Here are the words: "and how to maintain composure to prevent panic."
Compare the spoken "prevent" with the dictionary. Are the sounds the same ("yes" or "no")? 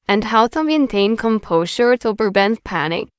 no